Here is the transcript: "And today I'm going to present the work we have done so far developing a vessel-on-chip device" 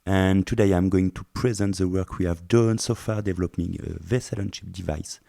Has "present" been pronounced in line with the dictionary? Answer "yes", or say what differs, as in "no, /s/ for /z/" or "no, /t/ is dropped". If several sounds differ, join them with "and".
yes